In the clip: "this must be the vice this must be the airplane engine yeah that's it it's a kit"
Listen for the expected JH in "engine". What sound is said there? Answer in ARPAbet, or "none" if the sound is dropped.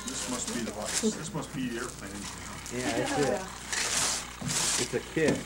none